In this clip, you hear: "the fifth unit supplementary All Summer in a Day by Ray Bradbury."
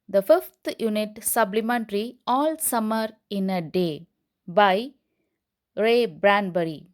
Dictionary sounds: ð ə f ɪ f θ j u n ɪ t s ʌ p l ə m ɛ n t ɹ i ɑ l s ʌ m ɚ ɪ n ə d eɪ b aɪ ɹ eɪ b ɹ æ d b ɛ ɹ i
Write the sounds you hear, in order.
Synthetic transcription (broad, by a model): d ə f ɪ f t j u n ɪ t s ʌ b l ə m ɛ n t ɹ i ɑ l s ʌ m ɚ ɪ n ə d eɪ b aɪ ɹ eɪ b ɹ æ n b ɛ ɹ i